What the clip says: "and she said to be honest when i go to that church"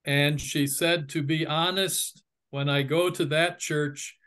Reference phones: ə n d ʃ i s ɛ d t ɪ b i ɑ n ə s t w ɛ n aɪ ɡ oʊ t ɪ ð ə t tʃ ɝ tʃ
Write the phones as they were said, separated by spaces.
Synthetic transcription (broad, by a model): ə n ʃ i s ɛ d t ɪ b i ɑ n ə s t w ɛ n aɪ ɡ oʊ t ɪ ð ə t tʃ ɝ tʃ